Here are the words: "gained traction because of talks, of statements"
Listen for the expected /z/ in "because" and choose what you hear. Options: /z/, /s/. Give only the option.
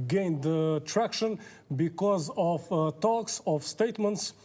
/z/